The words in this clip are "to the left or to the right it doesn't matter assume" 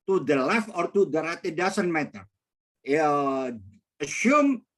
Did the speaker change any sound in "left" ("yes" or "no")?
yes